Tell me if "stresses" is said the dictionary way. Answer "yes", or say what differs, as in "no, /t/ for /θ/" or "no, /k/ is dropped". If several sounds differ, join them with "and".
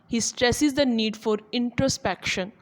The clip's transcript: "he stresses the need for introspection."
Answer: yes